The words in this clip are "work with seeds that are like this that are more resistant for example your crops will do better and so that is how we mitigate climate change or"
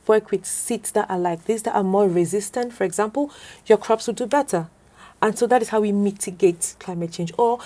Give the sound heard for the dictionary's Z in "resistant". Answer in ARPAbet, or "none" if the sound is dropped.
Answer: Z